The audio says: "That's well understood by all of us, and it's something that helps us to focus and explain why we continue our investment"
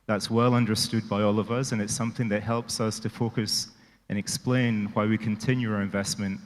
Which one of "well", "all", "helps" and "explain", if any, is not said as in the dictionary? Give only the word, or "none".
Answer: none